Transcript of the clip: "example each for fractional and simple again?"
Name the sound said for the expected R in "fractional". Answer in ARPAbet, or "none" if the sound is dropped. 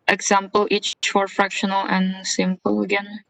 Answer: R